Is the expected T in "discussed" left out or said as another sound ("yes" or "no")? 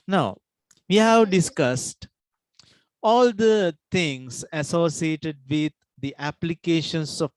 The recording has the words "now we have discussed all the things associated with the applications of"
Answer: no